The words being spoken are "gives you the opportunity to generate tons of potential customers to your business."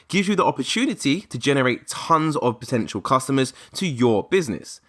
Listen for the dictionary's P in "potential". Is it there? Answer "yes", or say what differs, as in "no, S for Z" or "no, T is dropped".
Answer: yes